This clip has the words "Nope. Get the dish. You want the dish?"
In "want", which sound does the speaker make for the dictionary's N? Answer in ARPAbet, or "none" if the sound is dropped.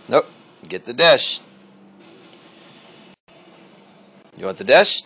none